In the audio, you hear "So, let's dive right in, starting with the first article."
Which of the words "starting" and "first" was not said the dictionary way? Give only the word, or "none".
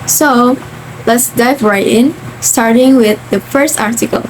none